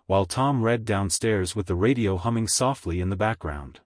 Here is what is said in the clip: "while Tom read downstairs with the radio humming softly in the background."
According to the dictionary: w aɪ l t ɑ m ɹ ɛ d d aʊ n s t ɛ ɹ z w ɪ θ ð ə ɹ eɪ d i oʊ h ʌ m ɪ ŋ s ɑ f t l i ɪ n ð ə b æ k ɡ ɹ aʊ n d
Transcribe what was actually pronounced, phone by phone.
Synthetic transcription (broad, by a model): w aɪ l t ɑ m ɹ ɛ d d aʊ n s t ɛ ɹ z w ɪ ð ə ɹ eɪ d i oʊ h ʌ m ɪ ŋ s ɑ f t l i ɪ n ð ə b æ k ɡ ɹ aʊ n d